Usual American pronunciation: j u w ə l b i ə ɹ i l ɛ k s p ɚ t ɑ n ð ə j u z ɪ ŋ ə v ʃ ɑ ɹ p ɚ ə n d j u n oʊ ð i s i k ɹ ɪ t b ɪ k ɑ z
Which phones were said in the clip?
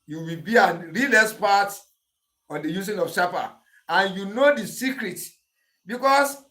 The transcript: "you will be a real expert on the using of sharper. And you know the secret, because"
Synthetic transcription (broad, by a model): j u w ə l b i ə ɹ i l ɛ s p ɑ t ɑ n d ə j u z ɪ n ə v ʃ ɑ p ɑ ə n j u n oʊ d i s i k ɹ ɪ t b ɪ k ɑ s